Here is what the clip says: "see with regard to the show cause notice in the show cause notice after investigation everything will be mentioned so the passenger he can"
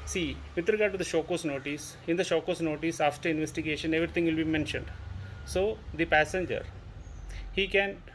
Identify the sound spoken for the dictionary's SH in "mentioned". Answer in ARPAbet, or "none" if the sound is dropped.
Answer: SH